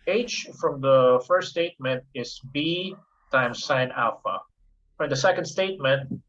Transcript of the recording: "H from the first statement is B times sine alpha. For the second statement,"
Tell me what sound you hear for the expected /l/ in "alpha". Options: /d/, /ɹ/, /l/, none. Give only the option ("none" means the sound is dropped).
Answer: /l/